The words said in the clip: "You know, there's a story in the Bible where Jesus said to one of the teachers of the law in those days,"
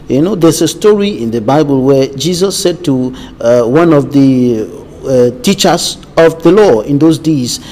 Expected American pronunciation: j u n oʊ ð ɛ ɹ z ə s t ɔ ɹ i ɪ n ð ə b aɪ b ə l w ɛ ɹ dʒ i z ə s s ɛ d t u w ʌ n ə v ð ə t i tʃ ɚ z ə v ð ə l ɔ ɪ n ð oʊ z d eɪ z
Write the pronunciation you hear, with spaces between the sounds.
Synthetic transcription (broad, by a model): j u n oʊ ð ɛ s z ə s t ɔ ɹ i ɪ n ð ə b aɪ b ə l w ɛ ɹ dʒ i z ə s s ɛ d t u w ʌ n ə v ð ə t i tʃ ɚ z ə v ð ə l ɔ ɪ n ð oʊ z d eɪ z